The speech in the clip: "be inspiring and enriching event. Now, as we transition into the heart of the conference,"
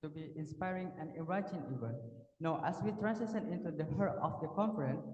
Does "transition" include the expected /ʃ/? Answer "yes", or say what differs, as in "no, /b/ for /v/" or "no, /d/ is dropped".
no, /s/ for /ʃ/